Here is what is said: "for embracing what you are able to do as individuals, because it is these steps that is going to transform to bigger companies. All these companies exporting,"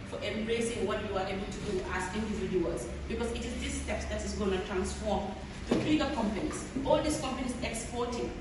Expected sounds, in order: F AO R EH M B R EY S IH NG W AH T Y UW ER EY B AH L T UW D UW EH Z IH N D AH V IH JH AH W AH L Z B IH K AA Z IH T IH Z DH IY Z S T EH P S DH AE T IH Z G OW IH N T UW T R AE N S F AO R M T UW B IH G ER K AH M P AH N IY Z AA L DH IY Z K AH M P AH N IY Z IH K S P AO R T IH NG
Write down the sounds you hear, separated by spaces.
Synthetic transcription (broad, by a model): F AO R EH M B R EY S IH NG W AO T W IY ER EY B AH L T UW D UW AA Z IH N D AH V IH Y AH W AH Z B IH K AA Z IH T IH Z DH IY S T EH P S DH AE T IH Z G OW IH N T UW T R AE N S F AO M T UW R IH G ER K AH M P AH N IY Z AA L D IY S K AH M P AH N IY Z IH K S P AO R T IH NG